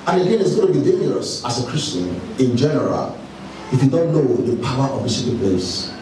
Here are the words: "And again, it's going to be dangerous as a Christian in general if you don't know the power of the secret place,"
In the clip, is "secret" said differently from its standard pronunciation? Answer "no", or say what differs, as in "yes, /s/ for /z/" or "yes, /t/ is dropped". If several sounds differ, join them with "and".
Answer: yes, /ɹ/ is dropped